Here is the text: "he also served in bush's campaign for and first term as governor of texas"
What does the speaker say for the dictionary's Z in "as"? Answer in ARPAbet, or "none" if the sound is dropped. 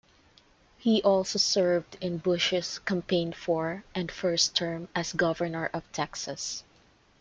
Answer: S